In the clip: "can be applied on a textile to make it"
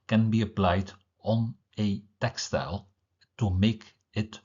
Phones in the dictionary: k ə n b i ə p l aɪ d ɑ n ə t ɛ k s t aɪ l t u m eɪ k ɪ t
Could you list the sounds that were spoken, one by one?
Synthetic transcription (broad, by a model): k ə n b i ə p l aɪ d ɑ n ə t ɛ k s t aɪ l t u m eɪ k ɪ t